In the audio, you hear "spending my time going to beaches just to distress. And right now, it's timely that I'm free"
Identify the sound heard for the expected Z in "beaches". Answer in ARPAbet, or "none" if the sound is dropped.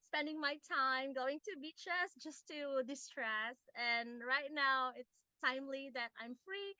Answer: S